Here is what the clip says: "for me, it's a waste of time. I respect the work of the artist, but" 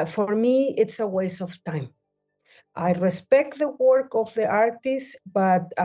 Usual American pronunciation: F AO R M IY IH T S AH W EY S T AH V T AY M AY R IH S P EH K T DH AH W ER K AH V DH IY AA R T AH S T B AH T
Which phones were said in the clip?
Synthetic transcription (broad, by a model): F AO R M IY IH T S AH W EY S AH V T AY M AY R IH S P EH K T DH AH W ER K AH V DH IY AA R T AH S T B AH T